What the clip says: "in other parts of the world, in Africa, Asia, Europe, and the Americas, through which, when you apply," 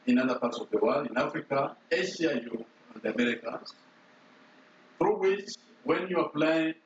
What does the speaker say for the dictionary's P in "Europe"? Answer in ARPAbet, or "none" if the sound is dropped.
none